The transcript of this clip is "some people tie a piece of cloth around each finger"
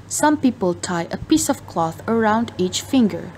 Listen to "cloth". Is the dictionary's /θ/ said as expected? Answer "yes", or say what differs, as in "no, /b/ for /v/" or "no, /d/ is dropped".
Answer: yes